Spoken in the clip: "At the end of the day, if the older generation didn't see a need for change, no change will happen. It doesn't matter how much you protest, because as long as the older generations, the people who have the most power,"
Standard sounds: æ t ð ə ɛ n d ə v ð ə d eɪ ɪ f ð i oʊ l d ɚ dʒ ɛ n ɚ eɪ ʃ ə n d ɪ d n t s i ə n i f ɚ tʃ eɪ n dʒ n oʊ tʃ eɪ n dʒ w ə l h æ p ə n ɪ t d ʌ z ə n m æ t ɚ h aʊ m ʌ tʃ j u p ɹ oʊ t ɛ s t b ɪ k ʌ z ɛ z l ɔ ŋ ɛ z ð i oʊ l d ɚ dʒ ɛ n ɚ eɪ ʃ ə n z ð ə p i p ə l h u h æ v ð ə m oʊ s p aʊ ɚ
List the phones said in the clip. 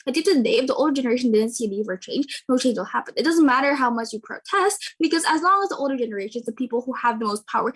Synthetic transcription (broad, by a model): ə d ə p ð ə d eɪ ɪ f ð i oʊ l d ɚ dʒ ɛ n ɚ eɪ ʃ ə n d ɪ d n t s i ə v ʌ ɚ tʃ eɪ n dʒ n oʊ tʃ eɪ n dʒ w ə l h æ p ə n ɪ t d ʌ z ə n m æ t ɚ h aʊ m ʌ tʃ j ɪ p ɹ oʊ t ɛ s t b ɪ k ʌ z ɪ z l ɔ ŋ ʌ z ð i oʊ l d ɚ dʒ ɛ n ɚ eɪ ʃ ə n z ð ə p i p l h u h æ v ð ə m oʊ s p aʊ ɚ